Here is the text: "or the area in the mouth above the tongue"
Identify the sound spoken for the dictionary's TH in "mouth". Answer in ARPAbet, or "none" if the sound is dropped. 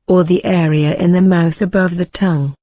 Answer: TH